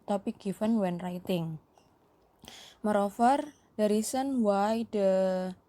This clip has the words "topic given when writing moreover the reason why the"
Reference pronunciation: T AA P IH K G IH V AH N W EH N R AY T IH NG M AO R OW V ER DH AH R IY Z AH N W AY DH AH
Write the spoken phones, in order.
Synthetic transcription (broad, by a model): T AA P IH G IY F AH N W EH N R AY T IH NG M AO R OW F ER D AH R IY S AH N W AY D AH